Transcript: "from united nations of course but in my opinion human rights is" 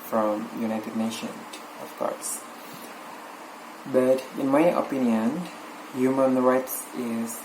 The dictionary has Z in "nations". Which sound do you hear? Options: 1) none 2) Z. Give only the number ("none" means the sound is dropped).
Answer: 1